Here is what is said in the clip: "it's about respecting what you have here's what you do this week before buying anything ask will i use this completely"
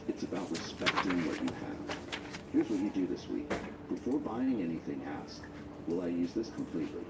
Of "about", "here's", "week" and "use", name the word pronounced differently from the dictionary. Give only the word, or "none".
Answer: none